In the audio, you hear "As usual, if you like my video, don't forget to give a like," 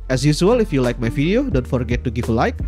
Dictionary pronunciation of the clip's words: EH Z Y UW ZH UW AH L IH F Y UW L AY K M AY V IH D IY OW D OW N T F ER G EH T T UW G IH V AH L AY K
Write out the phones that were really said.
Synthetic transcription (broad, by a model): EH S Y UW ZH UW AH L IH F Y UW L AY K M AY F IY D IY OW D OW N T F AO G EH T T UW G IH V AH L AY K